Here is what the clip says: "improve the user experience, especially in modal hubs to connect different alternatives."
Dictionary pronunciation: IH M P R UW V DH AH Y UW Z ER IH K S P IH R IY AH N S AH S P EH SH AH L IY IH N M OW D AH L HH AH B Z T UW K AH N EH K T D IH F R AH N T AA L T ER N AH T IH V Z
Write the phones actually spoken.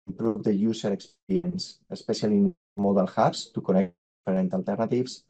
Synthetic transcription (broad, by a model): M P R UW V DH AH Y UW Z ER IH K S P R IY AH N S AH S P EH S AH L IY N M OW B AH L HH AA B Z T UW K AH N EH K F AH R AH N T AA L T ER N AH T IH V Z